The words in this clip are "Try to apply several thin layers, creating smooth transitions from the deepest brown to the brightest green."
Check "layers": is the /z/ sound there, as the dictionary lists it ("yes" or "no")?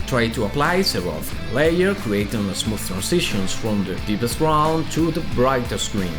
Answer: no